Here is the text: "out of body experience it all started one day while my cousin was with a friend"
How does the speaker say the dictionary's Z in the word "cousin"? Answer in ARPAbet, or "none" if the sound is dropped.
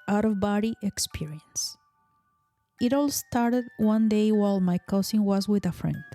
S